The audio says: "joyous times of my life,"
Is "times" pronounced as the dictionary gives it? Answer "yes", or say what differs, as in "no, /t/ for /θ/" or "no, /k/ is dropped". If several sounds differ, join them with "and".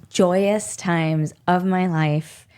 yes